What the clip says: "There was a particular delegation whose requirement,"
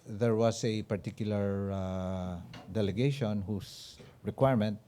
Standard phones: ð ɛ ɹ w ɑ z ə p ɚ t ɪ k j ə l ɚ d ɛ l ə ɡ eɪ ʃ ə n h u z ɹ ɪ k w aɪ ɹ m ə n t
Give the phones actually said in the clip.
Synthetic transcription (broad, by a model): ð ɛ ɹ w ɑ s ə p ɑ t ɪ k j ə l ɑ d ɛ l ə ɡ eɪ ʃ ə n h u s ɹ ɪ k w aɪ ɹ m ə n t